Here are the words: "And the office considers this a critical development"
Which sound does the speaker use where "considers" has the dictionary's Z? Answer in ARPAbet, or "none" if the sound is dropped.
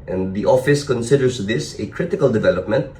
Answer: S